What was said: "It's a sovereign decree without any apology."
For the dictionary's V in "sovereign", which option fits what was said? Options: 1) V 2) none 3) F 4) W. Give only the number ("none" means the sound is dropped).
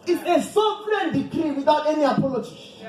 3